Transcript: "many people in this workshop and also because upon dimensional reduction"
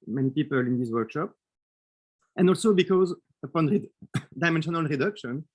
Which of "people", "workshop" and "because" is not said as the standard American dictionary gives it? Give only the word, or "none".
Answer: none